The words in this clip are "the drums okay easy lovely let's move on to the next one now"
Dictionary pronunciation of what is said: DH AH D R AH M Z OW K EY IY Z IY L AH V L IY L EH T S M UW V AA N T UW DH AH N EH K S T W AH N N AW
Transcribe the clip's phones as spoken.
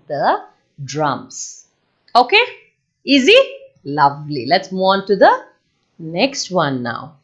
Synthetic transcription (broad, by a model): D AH D R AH M S OW K EY IY Z IY L AH V L IY L EH T S M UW AA N T UW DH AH N EH K S T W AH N N AW